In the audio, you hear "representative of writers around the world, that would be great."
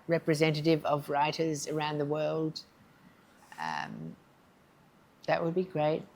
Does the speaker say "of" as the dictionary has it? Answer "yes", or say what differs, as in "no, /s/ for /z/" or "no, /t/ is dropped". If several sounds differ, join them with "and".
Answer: yes